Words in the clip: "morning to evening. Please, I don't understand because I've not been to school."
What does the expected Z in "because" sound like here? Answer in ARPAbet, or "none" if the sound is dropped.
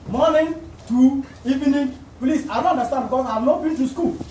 none